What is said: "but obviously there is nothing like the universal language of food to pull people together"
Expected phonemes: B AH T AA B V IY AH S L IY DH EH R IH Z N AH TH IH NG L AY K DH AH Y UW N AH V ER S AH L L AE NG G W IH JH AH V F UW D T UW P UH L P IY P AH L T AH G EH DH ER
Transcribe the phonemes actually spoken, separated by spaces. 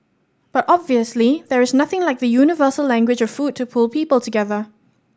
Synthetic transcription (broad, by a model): B AH T AA B V IY AH S L IY DH EH R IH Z N AH TH IH NG L AY K DH AH Y UW N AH V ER S AH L L AE NG G W IH JH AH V F UW D T UW P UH L P IY P AH L T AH G EH DH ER